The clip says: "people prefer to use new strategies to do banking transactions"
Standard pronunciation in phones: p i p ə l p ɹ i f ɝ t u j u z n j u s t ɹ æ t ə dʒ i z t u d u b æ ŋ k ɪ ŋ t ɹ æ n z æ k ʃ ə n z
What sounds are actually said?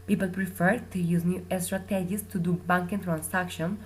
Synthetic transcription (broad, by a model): p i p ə l p ɹ i f ɝ t u j u z n j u s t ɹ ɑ t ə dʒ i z t u d u b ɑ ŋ k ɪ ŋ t ɹ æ n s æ k ʃ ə n